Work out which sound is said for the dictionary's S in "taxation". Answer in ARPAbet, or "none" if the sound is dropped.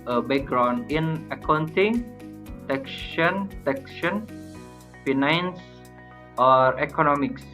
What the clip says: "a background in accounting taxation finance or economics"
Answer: SH